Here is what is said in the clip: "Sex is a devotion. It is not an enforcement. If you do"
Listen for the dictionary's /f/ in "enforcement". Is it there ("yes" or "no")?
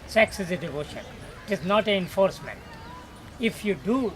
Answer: yes